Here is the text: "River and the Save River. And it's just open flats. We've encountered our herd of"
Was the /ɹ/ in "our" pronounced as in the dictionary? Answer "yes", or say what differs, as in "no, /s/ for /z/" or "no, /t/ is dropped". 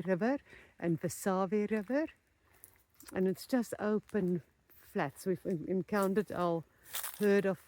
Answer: no, /l/ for /ɹ/